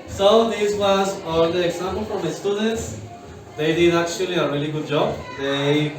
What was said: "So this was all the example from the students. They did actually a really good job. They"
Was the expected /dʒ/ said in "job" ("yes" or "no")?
yes